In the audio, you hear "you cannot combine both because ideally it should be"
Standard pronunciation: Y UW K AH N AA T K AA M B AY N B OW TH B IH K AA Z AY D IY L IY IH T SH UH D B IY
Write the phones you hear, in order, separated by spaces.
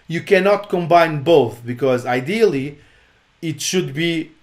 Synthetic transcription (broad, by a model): Y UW K AH N AA T K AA M B AY N B OW TH B IH K AA Z AY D IY L IY IH T SH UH D B IY